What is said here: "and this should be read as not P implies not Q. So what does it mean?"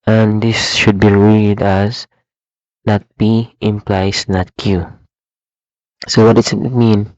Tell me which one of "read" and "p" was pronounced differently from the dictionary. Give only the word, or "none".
p